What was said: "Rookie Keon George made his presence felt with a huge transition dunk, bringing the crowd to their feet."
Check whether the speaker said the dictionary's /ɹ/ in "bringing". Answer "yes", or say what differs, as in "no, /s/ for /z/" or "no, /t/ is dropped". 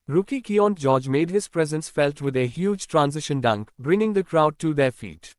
yes